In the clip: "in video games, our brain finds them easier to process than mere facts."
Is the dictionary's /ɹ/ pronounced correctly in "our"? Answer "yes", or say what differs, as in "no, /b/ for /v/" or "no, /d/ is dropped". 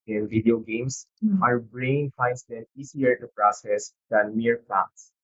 yes